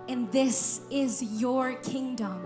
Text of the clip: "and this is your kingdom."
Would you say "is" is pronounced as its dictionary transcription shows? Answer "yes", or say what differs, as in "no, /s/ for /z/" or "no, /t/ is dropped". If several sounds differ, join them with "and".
yes